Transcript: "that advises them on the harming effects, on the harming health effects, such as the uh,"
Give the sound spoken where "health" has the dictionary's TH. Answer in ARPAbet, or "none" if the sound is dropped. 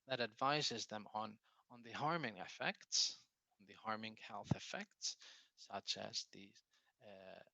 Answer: TH